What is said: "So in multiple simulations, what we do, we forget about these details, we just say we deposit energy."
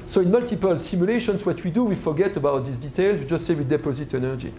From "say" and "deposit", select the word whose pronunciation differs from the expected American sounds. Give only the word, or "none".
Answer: none